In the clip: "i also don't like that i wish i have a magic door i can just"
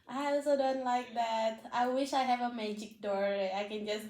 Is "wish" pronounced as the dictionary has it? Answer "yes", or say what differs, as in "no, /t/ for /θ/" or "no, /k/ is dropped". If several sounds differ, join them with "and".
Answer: yes